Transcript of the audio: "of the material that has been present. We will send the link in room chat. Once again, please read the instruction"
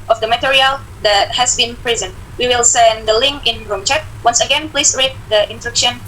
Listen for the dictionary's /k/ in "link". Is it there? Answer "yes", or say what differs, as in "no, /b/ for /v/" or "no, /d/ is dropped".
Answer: yes